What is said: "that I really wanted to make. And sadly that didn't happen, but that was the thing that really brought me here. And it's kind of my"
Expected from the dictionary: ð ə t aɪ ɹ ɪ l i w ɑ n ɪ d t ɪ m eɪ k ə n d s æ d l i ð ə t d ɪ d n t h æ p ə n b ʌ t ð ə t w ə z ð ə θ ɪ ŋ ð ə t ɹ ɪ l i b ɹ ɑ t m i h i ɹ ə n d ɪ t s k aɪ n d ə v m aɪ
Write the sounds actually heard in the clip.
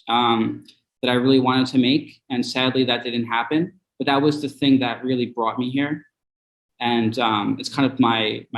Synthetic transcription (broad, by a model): ð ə t aɪ ɹ ɪ l i w ɑ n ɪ d t ɪ m eɪ k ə n s æ d l i ð ə t d ɪ d n t h æ p ə n b ʌ t ð ə t w ə z ð ə θ ɪ ŋ ð ə t ɹ ɪ l i b ɹ ɑ t m i h i ɹ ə n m ɪ t s k aɪ n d ə v m aɪ